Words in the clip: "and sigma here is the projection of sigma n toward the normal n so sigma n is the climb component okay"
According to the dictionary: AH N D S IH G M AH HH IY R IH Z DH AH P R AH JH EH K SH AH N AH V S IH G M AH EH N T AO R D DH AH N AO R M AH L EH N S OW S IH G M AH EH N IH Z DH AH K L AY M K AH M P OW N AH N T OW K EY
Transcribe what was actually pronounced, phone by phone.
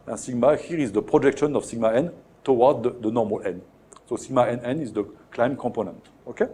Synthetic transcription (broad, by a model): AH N S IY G M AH HH IY R IH Z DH AH P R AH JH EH K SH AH N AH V S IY G M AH EH N T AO W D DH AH N AO R M AH L EH N S OW S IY G M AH EH N IH Z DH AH K L AY M K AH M P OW N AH N T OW K EY